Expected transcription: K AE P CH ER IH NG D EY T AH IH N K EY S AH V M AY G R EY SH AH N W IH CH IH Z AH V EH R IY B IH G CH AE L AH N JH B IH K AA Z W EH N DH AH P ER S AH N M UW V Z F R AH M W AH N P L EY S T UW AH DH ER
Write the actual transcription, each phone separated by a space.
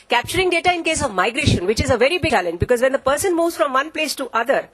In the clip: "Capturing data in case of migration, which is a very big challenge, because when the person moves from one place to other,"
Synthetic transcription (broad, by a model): K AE P CH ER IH NG D EY T AH IH N K EY S AH V M AY G R EY SH AH N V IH CH IH Z AH V EH R IY B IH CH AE L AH N JH B IH K AA Z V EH N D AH P ER S AH N M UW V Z F R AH M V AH N P L EY S T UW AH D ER